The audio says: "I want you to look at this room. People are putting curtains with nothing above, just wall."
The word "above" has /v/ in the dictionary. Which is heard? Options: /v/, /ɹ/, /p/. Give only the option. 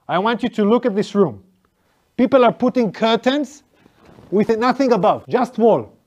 /v/